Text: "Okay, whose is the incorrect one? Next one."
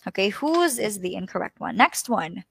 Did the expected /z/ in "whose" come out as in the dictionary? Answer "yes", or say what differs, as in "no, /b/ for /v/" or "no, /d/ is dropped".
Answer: yes